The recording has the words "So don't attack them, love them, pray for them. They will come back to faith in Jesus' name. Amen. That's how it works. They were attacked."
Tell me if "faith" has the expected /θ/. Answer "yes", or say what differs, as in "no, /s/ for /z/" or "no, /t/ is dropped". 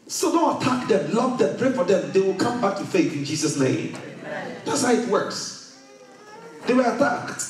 yes